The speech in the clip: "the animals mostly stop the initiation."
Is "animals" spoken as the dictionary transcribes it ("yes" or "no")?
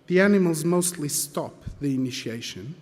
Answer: yes